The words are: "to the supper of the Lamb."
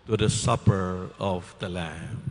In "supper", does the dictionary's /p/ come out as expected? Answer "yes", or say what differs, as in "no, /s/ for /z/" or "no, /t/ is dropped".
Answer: yes